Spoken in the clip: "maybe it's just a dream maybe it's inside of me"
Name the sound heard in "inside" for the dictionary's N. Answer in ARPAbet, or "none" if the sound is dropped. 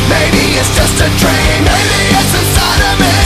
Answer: none